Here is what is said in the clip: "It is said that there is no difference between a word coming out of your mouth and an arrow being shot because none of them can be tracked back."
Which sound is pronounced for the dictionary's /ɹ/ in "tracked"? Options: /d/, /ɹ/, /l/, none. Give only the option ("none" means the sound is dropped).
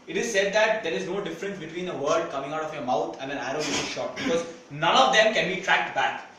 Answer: /ɹ/